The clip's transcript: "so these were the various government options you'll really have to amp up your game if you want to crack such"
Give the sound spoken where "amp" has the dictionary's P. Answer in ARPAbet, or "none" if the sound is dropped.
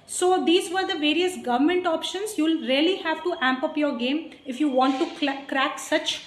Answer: P